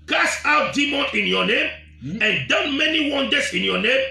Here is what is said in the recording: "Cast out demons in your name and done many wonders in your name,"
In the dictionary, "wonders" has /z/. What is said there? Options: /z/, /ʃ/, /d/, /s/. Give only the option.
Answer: /s/